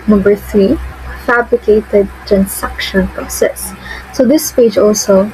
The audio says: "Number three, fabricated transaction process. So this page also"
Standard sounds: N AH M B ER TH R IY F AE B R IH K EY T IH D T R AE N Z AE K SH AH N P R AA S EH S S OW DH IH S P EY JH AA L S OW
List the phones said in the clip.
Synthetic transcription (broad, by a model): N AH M B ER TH R IY F AE B R IH K EY T IH D T R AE N S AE K SH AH N P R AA S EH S S OW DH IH S P EY JH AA L S OW